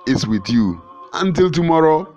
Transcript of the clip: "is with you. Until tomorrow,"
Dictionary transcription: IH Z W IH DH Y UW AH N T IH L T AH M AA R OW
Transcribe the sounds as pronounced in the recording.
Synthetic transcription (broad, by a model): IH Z W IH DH Y UW AH N T IH L T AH M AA R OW